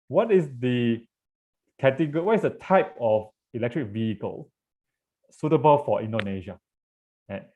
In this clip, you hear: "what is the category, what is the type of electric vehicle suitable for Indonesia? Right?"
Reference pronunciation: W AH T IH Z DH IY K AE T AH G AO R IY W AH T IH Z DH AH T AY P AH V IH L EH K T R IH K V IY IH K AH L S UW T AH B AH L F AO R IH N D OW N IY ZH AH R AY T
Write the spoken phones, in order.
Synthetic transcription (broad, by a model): W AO T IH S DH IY K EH T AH G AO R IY W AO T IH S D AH T AY P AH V IH L EH K T R IH K V IY IH K AH L S UW T AH B AH L F AO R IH N D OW N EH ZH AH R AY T